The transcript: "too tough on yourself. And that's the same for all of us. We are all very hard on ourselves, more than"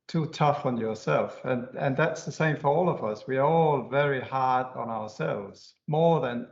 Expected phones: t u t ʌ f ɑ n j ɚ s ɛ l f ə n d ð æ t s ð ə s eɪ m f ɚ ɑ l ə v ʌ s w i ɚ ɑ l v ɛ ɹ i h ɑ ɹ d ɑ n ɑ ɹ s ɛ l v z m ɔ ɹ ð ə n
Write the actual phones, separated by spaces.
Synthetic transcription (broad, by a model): t u t ʌ f n j ɚ s ɛ l f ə n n ð æ t s ð ə s eɪ m f ɚ ɑ l ə v ʌ s w i ɚ ɑ l v ɛ ɹ i h ɑ ɹ d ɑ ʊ ɑ ɹ s ɛ l v z m ɔ ɹ ð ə n